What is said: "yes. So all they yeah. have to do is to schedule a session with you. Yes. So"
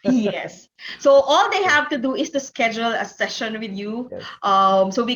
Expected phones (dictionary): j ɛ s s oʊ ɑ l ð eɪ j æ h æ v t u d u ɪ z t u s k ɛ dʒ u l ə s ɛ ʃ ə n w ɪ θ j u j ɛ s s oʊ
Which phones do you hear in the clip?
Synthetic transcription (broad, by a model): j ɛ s s oʊ ɑ l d eɪ h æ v t u d u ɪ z t u s k ɛ dʒ u l ə s ɛ ʃ ə n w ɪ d j u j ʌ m s oʊ